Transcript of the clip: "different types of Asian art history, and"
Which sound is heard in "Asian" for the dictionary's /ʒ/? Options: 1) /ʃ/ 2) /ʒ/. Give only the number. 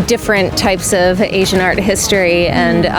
2